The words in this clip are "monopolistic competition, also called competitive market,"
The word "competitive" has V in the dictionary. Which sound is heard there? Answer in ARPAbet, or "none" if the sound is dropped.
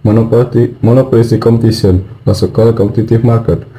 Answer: F